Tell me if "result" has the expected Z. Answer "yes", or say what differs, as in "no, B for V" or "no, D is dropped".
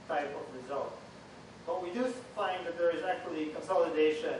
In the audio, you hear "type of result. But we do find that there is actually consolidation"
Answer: yes